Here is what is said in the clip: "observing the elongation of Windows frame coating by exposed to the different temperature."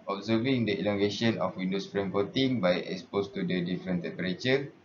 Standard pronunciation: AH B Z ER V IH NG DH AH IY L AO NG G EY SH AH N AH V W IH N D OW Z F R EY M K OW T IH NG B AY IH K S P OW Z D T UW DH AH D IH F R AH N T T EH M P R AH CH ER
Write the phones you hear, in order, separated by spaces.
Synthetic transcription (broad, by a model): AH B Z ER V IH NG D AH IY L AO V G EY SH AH N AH F W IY N D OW S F R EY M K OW T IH NG B AY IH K S P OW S T UW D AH D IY F R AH N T T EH M P R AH CH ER